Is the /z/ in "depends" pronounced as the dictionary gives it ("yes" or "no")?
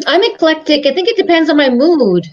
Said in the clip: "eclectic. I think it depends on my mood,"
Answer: yes